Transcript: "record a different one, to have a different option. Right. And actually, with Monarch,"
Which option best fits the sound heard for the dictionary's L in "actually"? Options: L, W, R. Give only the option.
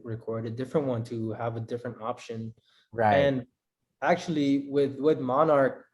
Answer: W